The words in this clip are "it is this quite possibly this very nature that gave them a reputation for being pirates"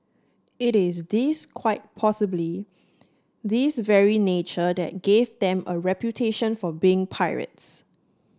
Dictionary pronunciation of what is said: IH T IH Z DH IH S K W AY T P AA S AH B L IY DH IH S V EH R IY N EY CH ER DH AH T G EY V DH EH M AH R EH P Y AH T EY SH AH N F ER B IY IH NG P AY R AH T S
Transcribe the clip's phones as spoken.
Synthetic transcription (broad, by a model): IH T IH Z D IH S K W AY T P AA S AH B L IY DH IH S V EH R IY N EY CH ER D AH T G EY V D EH M AH R EH P Y AH T EY SH AH N F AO B IY IH NG P AY R AH T S